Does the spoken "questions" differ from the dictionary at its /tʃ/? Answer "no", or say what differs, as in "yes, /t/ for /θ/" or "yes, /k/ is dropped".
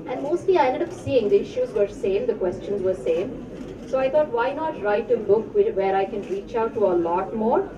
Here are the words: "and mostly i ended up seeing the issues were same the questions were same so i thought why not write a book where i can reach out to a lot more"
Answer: no